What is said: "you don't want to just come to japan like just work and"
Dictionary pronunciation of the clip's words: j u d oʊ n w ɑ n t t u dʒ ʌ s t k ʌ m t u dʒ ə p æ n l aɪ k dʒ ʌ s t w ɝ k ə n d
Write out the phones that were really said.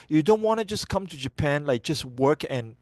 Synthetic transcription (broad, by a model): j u d oʊ n w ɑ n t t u dʒ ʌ s k ʌ m t u dʒ ə p æ n l aɪ k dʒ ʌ s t w ɝ k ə n